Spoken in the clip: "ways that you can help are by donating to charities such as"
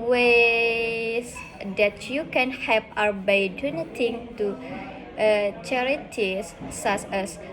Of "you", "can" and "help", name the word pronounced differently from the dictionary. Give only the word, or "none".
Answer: help